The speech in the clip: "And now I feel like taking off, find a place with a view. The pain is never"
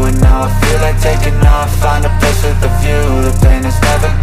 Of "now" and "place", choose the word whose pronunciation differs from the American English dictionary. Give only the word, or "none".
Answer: place